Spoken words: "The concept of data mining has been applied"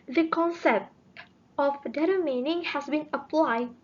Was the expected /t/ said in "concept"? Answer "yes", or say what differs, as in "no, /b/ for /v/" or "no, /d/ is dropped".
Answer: yes